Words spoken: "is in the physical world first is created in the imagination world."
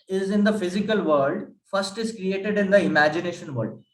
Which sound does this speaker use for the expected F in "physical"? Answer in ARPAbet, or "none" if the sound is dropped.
F